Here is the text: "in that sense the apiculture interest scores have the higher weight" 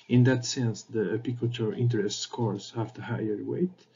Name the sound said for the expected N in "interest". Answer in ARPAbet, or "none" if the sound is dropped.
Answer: N